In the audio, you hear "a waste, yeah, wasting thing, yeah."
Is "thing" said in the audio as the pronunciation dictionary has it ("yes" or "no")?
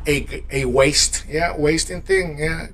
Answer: yes